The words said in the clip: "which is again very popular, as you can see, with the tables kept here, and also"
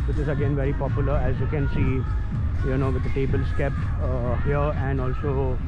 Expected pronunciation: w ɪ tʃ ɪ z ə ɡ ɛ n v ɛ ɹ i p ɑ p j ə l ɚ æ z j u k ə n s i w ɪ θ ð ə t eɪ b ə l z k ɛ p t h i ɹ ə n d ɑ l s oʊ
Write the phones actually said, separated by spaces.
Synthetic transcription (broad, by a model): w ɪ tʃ ɪ z ə ɡ ɛ n v ɛ ɹ i p ɑ p j ə l ɚ æ z j u k ə n s i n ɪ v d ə t eɪ b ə l s k ɛ p t h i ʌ ə n d ɑ l s oʊ